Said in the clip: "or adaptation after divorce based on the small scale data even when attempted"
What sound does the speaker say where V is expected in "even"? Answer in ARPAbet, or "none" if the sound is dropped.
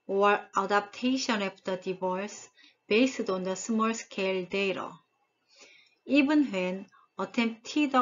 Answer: B